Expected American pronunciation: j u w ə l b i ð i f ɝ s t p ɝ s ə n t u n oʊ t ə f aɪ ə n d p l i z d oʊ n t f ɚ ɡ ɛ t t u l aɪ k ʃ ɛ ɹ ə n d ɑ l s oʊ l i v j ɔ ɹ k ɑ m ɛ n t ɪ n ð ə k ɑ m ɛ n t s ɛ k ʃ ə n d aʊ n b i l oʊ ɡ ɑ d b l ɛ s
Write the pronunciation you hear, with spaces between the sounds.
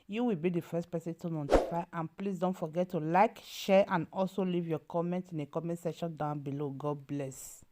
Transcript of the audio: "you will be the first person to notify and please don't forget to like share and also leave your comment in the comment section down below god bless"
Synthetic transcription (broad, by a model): j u w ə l b i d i f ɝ s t p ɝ s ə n t u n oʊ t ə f aɪ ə n p l i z d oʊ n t f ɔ ɡ ɛ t t u l aɪ k ʃ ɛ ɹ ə n ɑ l s oʊ l i v j ɔ k ɑ m ɛ n t ɪ n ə k ɑ m ɛ n t s ɛ ʃ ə n d aʊ n b i l oʊ ɡ ɑ d b l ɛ s